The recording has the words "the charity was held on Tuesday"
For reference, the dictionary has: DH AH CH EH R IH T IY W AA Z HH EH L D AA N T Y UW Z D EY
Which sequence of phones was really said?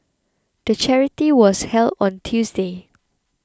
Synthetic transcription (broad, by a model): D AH CH EH R IH T IY W AA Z HH EH L D AA N T Y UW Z D EY